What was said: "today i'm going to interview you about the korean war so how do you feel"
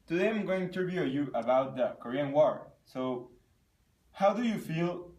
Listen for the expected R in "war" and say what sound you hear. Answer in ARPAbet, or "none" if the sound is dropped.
R